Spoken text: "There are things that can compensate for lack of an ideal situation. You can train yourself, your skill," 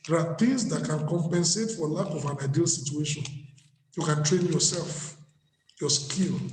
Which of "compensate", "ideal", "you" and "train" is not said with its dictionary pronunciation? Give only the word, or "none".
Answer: none